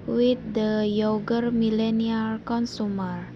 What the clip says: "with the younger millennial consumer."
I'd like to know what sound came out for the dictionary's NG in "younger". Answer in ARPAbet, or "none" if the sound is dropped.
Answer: none